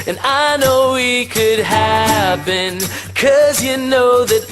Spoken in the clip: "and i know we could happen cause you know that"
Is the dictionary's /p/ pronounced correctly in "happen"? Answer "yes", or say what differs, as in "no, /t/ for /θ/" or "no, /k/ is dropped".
no, /b/ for /p/